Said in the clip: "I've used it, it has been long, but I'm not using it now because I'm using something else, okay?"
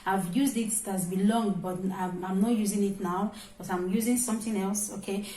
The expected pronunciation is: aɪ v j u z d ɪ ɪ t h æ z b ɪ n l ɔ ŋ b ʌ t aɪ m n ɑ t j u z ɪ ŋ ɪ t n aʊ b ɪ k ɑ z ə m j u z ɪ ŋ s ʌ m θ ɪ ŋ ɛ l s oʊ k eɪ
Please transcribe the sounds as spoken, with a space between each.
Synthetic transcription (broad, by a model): aɪ v j u z d ɪ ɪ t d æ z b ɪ l ɔ ŋ b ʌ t aɪ m n ɑ t j u z ɪ ŋ ɪ t n aʊ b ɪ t ɑ ə m j u z ɪ ŋ s ʌ m θ ɪ ŋ ɛ l s oʊ k eɪ